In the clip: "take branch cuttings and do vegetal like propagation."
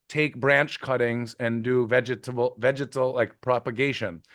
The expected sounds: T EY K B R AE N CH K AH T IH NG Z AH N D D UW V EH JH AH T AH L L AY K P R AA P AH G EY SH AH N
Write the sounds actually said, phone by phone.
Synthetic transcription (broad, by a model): T EY K B R AE N CH K AH T IH NG Z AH N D D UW V EH JH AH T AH L L AY K P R AA P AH G EY SH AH N